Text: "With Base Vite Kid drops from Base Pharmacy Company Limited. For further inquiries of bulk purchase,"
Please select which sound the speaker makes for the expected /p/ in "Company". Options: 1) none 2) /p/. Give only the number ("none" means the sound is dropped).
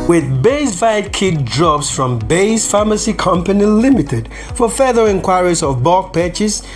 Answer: 2